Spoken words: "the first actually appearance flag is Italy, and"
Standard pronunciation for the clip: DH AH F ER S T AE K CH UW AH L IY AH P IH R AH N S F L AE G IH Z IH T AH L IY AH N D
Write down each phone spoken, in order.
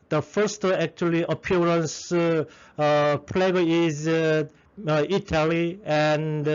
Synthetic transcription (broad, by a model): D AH F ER S T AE K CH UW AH L IY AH P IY R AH N S P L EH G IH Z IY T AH L IY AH N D